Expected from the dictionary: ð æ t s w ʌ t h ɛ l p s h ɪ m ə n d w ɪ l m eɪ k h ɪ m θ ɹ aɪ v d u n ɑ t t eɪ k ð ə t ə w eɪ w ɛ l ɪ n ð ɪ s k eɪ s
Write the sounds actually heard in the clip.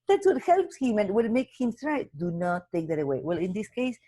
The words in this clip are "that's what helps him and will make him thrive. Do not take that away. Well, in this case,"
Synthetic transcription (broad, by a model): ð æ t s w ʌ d h ɛ l p s h ɪ m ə n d w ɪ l m eɪ k h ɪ m t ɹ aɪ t d u n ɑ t t eɪ k ð ə t ə w eɪ w ɛ l ɪ n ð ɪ s k eɪ s